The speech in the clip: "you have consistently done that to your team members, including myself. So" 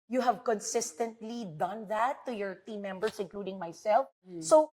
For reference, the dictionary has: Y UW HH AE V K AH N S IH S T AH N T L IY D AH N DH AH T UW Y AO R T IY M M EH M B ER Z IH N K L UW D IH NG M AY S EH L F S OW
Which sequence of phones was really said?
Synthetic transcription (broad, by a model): Y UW HH AE V K AH N S IH S T AH N T L IY D AH N DH AH T UW Y AO R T IY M M EH M B ER S IH N K L UW D IH NG M AY S EH L F S OW